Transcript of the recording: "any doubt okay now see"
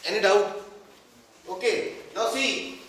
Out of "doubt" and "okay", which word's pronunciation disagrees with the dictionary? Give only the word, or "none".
doubt